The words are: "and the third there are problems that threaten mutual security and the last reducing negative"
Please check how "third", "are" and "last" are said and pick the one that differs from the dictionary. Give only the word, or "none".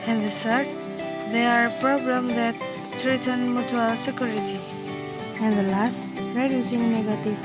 third